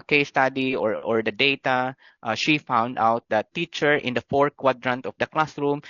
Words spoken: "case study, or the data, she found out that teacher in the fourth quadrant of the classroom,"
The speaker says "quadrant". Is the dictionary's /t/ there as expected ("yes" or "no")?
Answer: yes